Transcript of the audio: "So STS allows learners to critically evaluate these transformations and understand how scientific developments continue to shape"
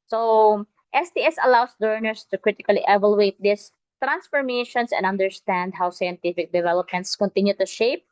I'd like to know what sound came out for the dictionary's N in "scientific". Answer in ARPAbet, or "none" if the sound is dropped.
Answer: N